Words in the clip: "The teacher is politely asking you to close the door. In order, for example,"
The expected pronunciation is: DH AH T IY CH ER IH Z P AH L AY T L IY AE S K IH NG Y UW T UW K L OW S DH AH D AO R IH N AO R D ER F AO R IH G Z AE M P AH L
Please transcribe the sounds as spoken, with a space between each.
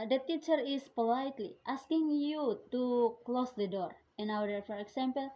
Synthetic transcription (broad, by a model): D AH T IY CH ER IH S P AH L AY T L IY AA S K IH NG Y UW T UW K L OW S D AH D AO R IH N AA W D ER F AO R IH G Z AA M P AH L